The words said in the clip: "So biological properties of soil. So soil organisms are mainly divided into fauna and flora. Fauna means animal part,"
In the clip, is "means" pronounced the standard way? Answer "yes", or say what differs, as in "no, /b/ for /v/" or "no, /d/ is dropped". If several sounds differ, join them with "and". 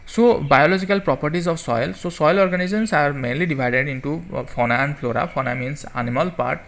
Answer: no, /s/ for /z/